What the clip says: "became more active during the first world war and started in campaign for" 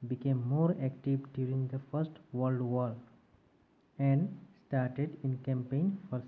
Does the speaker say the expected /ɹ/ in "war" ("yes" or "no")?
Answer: no